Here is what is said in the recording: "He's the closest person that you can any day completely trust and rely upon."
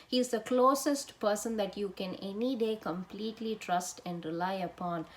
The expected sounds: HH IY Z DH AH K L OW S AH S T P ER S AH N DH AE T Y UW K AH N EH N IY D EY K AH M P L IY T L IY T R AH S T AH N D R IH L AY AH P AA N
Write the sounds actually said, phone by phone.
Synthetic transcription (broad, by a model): HH IY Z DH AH K L OW S AH S T P ER S AH N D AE T Y UW K AH N EH N IY D EY K AH M P L IY T L IY T R AH S T AH N D R IH L AY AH P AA N